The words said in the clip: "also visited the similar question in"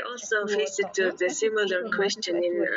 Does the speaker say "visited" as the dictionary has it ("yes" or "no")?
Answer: no